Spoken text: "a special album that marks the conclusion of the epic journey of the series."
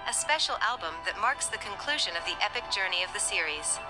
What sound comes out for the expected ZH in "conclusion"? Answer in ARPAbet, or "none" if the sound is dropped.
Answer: ZH